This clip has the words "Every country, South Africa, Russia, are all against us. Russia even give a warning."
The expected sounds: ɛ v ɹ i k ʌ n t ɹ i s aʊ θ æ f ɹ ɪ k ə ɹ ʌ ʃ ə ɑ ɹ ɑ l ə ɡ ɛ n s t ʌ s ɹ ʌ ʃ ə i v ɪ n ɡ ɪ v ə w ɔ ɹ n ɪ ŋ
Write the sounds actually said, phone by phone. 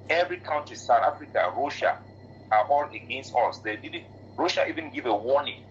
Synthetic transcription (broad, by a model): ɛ v ɹ i k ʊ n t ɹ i s aʊ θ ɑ f ɹ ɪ k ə ɹ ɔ ʃ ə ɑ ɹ ɑ l ə ɡ ɛ n s t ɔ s ɹ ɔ ʃ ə i v ɪ n ɡ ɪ v ə w ɔ n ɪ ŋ